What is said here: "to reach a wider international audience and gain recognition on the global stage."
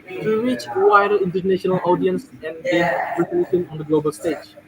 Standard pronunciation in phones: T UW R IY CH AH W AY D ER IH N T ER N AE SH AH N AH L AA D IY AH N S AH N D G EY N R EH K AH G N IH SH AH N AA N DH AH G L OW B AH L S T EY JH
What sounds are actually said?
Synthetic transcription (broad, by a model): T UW R IY CH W AY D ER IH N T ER N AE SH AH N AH L AA D IY AH N S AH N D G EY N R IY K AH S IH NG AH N AA N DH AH G L OW B AH L S T EY JH